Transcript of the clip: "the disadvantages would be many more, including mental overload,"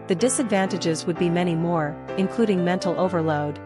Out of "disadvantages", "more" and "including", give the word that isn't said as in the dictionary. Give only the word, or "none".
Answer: none